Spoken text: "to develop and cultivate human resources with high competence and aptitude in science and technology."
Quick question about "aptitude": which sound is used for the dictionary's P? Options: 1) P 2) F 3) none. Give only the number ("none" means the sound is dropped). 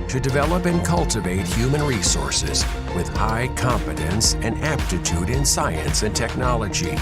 1